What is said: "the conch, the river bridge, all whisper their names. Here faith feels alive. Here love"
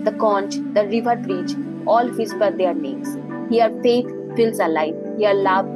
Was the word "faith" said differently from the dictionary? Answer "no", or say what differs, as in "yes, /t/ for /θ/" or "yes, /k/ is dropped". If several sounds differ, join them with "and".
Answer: yes, /t/ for /θ/